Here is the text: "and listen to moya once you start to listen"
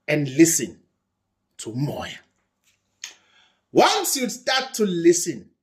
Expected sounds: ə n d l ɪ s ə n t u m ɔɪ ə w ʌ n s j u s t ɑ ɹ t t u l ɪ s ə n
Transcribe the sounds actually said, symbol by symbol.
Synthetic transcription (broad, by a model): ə n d l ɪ s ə n t u m ɔɪ ə w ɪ l s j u s t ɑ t t u l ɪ s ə n